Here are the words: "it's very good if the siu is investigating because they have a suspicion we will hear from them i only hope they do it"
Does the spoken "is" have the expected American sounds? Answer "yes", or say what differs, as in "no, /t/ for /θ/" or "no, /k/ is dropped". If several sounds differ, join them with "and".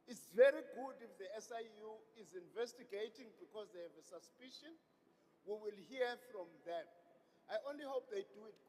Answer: yes